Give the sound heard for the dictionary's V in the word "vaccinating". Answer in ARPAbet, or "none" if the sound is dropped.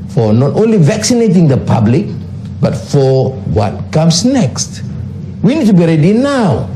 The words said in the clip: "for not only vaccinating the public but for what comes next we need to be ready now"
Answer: V